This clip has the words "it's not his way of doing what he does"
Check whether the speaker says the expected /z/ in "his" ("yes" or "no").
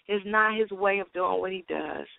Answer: yes